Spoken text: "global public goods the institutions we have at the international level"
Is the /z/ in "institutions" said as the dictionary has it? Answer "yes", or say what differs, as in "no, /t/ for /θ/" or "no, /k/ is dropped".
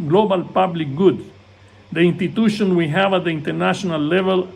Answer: no, /z/ is dropped